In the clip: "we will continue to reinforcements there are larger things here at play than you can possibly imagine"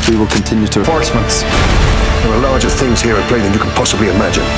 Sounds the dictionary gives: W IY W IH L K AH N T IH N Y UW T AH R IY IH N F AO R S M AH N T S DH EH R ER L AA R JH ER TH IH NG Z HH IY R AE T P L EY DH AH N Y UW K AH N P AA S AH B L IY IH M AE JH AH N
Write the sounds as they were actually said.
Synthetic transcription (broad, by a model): W IY W IH L K AH N T IH N Y UW T AH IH F AO R S M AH N T S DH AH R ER L AA R JH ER TH IH NG Z HH IY R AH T P L EY DH AH N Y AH K AH N P AA S AH B L IY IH M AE JH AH N